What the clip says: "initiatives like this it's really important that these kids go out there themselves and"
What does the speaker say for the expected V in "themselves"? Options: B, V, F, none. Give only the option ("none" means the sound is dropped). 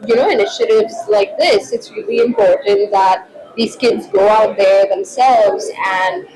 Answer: V